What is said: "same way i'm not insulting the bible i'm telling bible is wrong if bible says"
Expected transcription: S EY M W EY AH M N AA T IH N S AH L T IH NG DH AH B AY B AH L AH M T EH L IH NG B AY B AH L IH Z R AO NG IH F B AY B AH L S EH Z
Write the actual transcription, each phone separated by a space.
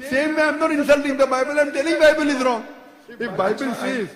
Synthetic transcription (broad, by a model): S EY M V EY AH M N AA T IH N S AH L T IH NG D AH B AY B AH L AH M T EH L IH B AY B AH L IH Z R AO NG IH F B AY B AH L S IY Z